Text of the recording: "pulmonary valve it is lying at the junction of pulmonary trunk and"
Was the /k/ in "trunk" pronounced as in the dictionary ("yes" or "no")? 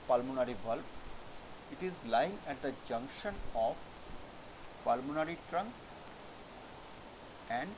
yes